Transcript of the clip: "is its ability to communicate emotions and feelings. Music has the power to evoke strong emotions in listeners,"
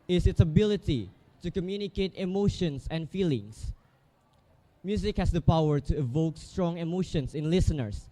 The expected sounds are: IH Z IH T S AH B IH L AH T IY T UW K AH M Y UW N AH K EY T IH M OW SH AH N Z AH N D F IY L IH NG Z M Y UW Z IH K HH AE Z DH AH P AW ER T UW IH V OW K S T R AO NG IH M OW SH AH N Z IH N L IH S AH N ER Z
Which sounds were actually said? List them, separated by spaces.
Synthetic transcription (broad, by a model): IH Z IH T S AH B IH L AH T IY T UW K AH M Y UW N AH K EY T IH M OW SH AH N S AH N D F IY L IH NG S M Y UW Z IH K HH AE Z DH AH P AW ER T UW IH V OW K S T R AO NG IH M OW SH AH N S IH N L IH S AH N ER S